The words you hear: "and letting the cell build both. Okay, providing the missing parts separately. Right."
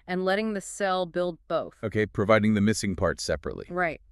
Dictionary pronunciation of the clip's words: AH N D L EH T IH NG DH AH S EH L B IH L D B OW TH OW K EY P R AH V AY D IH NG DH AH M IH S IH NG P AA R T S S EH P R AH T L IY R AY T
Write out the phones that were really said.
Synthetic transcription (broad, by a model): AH N L EH T IH NG DH AH S EH L B IH L D B OW TH OW K EY P R AH V AY D IH NG DH AH M IH S IH NG P AA R T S S EH P R AH T L IY R AY T